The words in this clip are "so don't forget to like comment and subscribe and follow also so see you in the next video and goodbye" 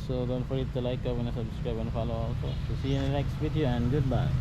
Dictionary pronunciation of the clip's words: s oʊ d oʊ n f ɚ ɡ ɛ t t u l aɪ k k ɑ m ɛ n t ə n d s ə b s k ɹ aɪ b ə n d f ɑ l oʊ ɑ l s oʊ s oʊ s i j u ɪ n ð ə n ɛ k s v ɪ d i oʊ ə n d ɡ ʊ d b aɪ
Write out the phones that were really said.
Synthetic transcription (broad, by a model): s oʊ d oʊ n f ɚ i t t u l aɪ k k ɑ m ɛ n ə s ə b s k ɹ aɪ b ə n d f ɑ l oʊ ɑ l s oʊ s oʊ s i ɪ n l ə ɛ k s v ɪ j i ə n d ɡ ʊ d b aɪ